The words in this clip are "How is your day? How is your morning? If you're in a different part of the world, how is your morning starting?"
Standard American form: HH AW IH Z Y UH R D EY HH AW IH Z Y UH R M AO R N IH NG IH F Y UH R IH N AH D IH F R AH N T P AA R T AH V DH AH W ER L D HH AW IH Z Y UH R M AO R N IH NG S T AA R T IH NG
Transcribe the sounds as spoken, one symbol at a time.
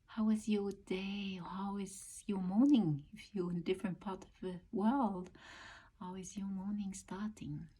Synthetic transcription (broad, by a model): HH AW IH Z Y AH R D EY HH AW IH Z Y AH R M AO R N IH NG IH F Y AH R IH N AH D IH F R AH N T P AA R T AH V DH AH W ER L D HH AW IH Z Y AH R M AO R N IH NG S T AA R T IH NG